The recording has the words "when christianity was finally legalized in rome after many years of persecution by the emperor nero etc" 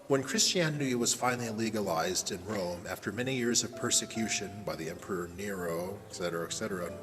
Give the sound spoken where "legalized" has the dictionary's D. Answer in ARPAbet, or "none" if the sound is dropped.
D